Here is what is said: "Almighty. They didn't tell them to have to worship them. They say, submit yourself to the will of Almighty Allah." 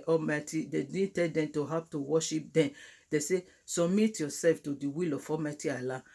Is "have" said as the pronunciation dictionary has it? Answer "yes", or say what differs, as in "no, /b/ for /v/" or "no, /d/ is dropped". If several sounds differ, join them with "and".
no, /p/ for /v/